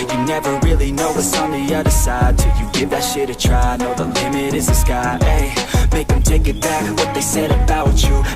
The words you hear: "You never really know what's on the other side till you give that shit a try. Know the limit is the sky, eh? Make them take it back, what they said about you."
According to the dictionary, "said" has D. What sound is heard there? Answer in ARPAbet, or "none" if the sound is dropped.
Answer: D